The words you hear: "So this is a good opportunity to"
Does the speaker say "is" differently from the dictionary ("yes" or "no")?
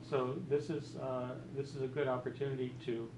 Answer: no